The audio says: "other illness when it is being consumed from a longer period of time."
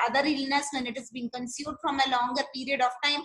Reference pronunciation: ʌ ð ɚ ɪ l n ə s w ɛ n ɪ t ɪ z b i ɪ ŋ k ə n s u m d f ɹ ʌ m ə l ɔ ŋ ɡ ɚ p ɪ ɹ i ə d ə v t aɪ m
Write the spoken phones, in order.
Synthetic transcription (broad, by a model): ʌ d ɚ ɪ l n ə s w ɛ n ɪ t ɪ z b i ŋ k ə n s u d f ɹ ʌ m ə l ɔ ŋ ɡ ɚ p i ɹ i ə d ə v t aɪ m